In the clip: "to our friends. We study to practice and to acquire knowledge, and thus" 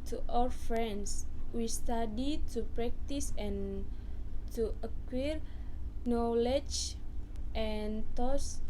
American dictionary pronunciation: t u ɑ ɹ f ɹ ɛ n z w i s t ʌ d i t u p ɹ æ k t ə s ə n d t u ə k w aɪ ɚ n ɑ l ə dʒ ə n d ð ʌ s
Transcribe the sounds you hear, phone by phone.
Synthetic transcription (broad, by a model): t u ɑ l f ɹ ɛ n s w i s t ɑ d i t u p ɹ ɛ k t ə s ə n t u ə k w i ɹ n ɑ l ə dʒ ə n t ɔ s